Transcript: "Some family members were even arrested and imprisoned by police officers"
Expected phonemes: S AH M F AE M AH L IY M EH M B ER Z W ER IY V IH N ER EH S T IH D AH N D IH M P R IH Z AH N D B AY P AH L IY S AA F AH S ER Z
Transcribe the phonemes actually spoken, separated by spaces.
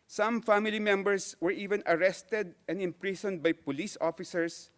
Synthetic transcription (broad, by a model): S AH M F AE M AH L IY M EH M B ER S W ER IY V IH N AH EH S T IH D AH N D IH M P R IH S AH N D B AY P AH L IY S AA F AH S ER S